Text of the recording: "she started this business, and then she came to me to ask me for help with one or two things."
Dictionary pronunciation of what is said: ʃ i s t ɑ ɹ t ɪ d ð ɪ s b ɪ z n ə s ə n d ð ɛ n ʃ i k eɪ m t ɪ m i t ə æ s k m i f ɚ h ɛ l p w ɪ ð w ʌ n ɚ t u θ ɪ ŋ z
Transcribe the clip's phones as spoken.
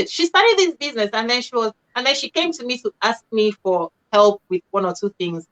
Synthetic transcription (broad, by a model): ʃ i s t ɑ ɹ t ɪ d ð ɪ s b ɪ z n ə s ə n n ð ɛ n ʃ i k eɪ m t ɪ m i t ə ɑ s k m i f ɚ h ɛ l p w ɪ ð w ʌ n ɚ t u θ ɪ ŋ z